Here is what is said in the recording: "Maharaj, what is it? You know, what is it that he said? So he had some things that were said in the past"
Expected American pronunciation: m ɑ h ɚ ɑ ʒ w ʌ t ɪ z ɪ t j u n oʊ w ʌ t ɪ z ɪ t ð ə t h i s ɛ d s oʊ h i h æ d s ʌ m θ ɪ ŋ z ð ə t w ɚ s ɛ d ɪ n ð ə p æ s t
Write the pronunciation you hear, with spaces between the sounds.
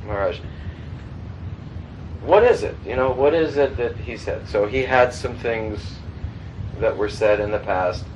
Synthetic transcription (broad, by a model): m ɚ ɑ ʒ w ʌ t ɪ z ɪ t j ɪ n oʊ w ʌ t ɪ z ɪ t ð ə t h i s ɛ d s oʊ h i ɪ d s ʌ m θ ɪ ŋ z ð ə t w ɚ s ɛ d ɪ n ð ə p æ s t